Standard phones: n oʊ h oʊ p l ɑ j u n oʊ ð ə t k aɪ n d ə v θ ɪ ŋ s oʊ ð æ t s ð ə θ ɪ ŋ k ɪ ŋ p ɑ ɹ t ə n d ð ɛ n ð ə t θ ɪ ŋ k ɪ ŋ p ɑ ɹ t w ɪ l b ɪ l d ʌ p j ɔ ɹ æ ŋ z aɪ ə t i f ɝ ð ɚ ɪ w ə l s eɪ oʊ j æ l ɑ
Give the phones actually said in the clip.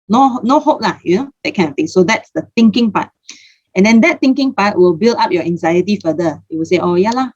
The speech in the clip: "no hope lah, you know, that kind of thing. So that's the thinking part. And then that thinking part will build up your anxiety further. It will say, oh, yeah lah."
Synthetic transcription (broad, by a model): n oʊ h oʊ p l ɑ j u n oʊ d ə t k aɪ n ə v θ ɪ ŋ s oʊ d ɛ t s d ə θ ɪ ŋ k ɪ ŋ p ɑ t ə n d ɛ n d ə t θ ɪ ŋ k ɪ ŋ p ɑ t w ɪ l b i l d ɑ p j ɔ æ ŋ z aɪ ə t i f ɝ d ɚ ɪ w ə l s eɪ oʊ j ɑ l ɑ